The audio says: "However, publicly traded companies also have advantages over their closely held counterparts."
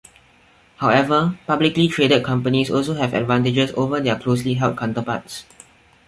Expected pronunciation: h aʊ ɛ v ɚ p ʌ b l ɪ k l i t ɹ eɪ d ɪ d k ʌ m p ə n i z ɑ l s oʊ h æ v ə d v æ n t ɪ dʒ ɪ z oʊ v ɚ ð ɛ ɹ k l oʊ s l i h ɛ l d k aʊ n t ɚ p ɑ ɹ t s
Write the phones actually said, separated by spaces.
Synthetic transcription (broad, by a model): h aʊ ɛ v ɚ p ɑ b l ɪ k l i t ɹ eɪ d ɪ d k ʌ m p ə n i s ɑ l s oʊ h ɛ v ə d v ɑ n t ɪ dʒ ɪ s oʊ v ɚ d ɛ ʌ k l oʊ s l i h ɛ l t k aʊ n t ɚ p ɑ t s